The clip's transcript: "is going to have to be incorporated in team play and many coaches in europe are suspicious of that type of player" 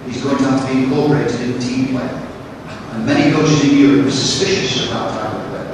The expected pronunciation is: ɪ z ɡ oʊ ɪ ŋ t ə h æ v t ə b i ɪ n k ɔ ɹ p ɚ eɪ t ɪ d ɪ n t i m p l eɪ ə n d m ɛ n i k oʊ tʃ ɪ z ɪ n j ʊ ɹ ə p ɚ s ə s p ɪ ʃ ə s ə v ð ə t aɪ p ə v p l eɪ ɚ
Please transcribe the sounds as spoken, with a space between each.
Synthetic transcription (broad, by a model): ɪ z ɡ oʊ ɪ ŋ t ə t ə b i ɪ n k ɔ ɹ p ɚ eɪ t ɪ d ɪ n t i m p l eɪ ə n m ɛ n i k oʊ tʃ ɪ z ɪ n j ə ɚ s ə s p ɪ ʃ ə s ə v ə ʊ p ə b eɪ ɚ